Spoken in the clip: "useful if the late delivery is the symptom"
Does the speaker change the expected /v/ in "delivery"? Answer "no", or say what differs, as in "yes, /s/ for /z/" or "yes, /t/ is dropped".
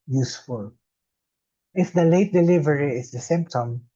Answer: no